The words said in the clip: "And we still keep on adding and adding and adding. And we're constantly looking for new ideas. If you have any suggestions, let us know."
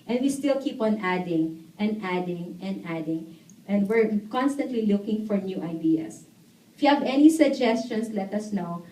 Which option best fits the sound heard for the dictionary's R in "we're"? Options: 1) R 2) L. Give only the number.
1